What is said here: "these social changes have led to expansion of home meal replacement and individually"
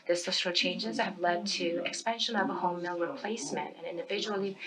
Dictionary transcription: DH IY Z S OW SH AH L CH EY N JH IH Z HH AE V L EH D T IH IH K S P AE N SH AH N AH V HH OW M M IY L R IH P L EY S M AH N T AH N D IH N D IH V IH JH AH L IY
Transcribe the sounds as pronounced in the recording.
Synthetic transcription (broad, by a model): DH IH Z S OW S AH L CH EY N JH IH Z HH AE V L EH D T IH IH K S P AE N SH AH N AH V HH OW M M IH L R IH P L EY S M AH N T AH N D IH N D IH V IH JH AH L IY